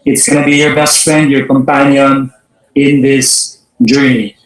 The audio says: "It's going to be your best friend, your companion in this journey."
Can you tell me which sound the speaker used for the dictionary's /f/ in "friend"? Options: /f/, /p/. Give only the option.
/f/